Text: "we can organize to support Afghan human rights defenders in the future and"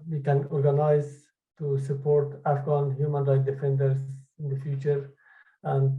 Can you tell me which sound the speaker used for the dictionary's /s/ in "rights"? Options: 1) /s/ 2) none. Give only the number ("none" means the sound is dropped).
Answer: 2